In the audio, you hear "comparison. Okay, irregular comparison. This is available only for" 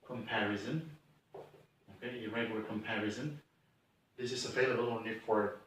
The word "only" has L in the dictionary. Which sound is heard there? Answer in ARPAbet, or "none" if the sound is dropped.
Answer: none